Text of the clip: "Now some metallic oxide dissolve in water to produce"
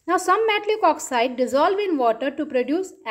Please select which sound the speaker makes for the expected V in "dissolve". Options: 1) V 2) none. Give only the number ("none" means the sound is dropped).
1